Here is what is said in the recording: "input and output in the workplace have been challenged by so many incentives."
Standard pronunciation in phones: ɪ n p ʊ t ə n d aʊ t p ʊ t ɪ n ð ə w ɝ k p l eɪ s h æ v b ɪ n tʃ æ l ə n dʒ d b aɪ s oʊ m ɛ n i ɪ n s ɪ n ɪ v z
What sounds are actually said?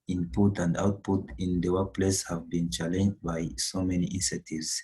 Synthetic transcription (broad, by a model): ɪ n p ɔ t ə n d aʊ t p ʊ t ɪ n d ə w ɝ p l eɪ s h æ v b ɪ n tʃ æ l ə n dʒ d b aɪ s oʊ m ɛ n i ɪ n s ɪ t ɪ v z